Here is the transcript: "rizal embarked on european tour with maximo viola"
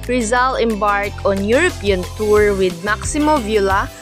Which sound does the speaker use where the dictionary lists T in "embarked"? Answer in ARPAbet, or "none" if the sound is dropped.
none